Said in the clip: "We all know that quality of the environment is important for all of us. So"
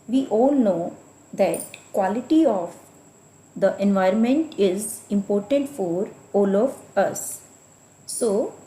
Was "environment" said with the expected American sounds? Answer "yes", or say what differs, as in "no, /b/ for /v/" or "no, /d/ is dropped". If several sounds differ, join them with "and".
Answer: yes